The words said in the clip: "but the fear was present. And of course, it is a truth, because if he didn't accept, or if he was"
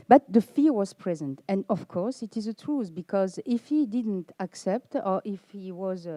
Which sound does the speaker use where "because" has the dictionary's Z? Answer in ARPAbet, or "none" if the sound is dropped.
Z